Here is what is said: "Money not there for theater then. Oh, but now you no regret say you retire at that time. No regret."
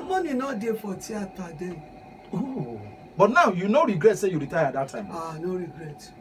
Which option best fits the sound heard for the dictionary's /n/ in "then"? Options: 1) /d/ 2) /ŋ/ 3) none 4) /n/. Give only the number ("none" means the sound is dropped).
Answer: 3